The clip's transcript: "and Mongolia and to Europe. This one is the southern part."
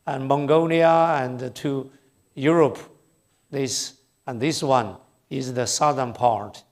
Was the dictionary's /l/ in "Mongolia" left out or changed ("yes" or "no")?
yes